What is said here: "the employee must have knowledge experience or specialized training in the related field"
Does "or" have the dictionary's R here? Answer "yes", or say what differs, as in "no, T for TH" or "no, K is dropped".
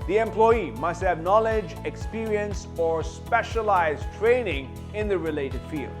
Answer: yes